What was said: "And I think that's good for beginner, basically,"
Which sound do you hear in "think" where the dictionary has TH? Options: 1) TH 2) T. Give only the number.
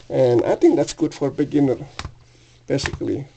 2